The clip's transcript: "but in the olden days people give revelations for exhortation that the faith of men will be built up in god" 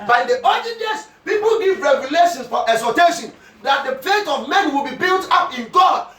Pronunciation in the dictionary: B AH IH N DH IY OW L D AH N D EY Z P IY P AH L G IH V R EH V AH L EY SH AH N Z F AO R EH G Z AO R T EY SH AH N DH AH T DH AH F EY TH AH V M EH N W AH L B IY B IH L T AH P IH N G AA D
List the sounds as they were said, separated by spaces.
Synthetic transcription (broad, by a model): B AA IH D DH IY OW D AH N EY S P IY P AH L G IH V R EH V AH L EY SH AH N S F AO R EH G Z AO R T EY SH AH N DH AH T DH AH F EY T AH V M EH N W AH L B IY B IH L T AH P IH N G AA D